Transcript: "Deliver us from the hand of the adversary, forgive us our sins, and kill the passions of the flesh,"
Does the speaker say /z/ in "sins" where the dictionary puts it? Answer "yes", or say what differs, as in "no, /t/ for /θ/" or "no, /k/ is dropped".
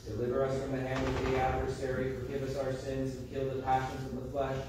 yes